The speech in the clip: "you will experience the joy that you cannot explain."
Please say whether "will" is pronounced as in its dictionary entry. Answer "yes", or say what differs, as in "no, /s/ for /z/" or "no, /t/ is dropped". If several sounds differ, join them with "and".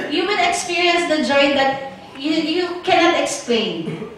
no, /n/ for /l/